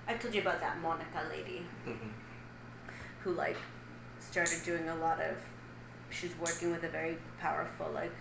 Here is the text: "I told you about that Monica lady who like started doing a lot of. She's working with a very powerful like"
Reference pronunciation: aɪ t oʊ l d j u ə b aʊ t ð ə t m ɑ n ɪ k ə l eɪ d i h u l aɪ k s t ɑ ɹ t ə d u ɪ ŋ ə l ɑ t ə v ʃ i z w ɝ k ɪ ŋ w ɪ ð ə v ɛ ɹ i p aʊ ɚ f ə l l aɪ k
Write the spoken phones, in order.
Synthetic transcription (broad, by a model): aɪ t oʊ l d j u ə b aʊ t ð ə t m ɑ n ɪ k ə l eɪ d i h u l aɪ k s t ɑ ɹ t ə d u ɪ ŋ ə l ɑ t ə v ʃ i z w ɝ k ɪ ŋ w ɪ ð ə v ɛ ɹ i p aʊ ɚ f l l aɪ k